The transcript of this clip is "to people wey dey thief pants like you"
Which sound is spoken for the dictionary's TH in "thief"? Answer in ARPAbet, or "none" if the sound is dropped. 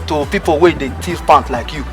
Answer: T